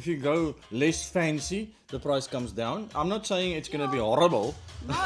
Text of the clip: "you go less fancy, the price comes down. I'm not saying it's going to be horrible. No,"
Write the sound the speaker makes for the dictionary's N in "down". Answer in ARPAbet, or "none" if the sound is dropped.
N